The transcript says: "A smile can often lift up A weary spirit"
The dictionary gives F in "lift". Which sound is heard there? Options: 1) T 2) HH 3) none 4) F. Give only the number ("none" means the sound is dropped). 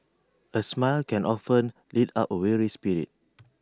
3